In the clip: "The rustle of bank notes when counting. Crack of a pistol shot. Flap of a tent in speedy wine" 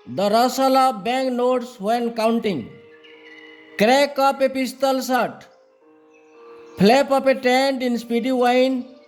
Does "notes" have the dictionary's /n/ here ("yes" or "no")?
yes